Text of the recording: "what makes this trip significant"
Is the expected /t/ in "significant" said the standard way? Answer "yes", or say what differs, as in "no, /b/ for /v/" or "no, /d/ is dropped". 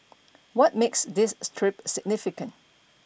yes